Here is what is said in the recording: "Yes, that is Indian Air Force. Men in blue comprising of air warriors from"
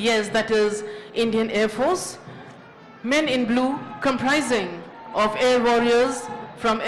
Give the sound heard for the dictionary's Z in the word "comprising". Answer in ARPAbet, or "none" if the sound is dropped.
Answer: Z